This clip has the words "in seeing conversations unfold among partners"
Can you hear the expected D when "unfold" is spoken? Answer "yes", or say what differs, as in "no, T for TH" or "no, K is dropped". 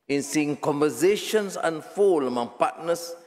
no, D is dropped